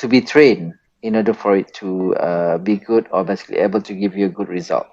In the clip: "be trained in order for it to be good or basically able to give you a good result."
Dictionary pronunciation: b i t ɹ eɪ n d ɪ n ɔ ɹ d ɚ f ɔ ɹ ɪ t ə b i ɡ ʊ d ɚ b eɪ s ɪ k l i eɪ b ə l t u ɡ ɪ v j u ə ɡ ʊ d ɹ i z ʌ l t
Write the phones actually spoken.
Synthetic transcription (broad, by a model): b i t ɹ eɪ n ɪ n ɔ d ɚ f ɔ ɹ ɪ t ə b i ɡ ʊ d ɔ b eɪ s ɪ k l i eɪ b ə l t u ɡ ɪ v j u ə ɡ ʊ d ɹ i z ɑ l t